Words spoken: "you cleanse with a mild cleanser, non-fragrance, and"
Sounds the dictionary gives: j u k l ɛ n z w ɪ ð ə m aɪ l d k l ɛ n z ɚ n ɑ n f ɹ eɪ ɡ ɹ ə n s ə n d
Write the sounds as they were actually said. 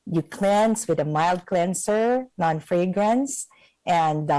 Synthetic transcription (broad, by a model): j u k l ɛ n s w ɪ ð ə m aɪ l d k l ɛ n s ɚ n ɑ n f ɹ eɪ ɡ ɹ ə n s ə n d